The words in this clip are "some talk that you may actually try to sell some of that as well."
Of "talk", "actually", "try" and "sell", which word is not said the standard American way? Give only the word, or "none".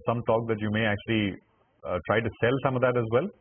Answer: none